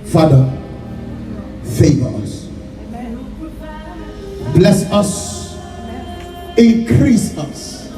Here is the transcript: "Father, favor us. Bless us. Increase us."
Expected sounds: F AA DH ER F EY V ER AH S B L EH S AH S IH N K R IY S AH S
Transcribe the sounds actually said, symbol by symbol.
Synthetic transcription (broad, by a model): F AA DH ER F EY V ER AH S B L EH S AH S IH N K R IY S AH S